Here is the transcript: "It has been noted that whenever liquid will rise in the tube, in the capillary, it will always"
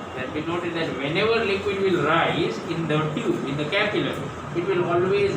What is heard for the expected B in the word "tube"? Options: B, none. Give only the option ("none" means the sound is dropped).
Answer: none